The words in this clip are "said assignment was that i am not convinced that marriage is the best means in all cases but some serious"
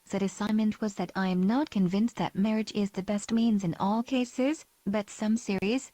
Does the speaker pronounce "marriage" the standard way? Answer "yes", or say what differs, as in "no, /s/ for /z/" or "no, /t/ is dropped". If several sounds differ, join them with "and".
yes